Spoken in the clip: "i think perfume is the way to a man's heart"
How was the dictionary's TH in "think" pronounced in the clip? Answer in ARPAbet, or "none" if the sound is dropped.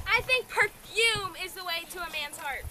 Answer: TH